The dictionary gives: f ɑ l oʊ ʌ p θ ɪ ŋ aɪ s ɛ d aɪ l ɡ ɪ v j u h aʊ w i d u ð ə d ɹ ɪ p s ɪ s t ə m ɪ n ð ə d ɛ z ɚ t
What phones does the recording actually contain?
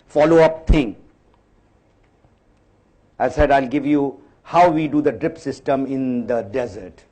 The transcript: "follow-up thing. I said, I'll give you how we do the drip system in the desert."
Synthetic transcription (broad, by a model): f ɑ l oʊ ʌ p t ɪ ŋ aɪ s ɛ d aɪ l ɡ ɪ v j u h aʊ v i d u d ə d ɹ ɪ p s ɪ s t ə m ɪ n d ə d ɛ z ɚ t